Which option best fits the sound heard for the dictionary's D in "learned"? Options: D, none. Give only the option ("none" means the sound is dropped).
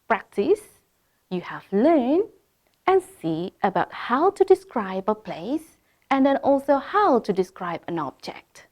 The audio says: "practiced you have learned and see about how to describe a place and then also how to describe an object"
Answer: none